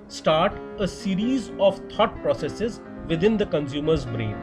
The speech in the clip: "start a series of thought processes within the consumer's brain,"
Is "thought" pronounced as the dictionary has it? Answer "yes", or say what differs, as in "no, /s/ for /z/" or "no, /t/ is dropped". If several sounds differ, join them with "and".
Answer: no, /t/ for /θ/